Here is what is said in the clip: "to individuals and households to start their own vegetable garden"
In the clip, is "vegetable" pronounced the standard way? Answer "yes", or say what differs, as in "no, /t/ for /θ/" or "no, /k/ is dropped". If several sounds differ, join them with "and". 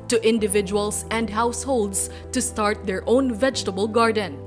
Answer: yes